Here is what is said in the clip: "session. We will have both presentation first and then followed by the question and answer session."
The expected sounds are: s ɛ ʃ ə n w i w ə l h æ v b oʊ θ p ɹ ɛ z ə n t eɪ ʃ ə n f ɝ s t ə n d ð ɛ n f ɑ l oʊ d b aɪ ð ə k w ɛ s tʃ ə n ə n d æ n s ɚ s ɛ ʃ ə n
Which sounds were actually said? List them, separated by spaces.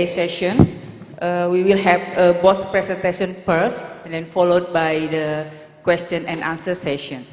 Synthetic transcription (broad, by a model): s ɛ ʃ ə n w i w ə l h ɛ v b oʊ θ p ɹ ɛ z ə n t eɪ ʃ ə n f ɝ s ə n d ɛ n f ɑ l oʊ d b aɪ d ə k w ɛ s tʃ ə n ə n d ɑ n s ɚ s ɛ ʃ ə n